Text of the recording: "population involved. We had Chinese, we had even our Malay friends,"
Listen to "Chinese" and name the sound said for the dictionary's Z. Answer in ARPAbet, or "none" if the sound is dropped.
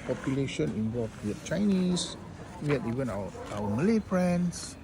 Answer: S